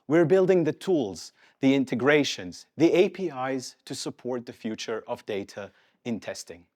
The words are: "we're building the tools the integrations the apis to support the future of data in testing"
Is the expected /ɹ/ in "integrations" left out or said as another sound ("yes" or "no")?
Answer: no